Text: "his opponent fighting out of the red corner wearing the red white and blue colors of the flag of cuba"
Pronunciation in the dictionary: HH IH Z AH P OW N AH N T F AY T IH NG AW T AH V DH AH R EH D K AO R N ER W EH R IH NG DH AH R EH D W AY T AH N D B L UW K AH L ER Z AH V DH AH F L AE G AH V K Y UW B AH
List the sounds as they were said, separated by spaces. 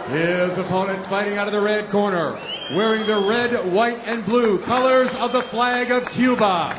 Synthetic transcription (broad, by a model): HH IH Z AH P OW N AH N T F AY T IH NG AW T AH V DH AH R EH D K AO R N ER W EH R IH NG DH AH R EH D W AY T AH N B L UW K AH L ER Z AH V DH AH F L AE G AH V K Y UW B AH